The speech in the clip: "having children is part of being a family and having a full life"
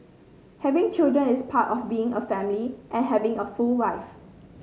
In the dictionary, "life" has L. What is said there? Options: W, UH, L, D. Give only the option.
W